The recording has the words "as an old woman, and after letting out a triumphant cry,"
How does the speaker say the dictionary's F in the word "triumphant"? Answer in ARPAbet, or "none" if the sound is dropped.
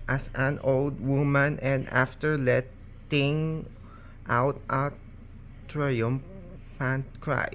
P